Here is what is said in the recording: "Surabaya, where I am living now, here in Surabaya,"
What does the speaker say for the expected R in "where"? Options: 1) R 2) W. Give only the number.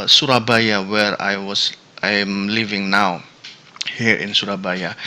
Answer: 1